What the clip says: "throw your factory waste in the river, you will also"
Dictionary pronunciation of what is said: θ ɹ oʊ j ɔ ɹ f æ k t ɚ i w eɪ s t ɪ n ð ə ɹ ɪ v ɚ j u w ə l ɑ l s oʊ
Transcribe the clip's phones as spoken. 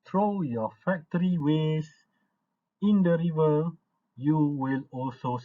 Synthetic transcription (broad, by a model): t ɹ oʊ j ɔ f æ k t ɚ i w eɪ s ɪ n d ə ɹ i v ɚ j u w ə l ɑ l s oʊ